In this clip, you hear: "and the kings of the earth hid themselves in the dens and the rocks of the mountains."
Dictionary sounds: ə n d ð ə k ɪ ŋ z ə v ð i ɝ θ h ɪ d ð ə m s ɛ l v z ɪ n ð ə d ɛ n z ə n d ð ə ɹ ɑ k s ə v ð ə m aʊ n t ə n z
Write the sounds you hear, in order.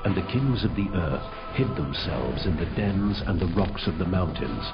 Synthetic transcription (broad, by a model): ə n ð ə k ɪ ŋ z ə v ð i ɝ θ h ɪ d ð ə m s ɛ l v z ɪ n ð ə d ɛ n z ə n ð ə ɹ ɑ k s ə v ð ə m aʊ n t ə n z